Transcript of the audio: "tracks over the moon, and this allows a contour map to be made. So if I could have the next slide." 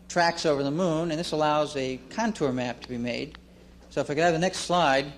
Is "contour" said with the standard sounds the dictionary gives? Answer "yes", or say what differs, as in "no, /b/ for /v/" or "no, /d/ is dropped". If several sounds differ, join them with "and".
yes